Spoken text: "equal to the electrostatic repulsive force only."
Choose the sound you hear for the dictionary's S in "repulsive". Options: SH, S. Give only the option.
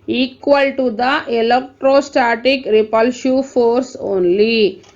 SH